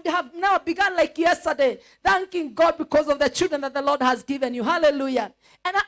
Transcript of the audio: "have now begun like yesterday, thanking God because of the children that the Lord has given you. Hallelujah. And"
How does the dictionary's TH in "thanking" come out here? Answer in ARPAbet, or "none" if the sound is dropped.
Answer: TH